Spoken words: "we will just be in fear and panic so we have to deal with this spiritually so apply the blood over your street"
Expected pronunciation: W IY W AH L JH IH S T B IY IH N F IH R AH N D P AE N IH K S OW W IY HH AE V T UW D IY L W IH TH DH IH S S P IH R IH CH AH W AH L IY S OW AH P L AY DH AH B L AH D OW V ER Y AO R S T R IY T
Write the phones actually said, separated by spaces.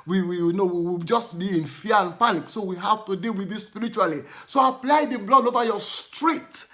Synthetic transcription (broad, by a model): W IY W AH W JH IH S T B IY IH N F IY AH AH N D P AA N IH K S OW W IY HH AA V T UW D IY W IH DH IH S S P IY R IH CH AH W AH L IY S OW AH P L AY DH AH B L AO D OW V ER Y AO S T R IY T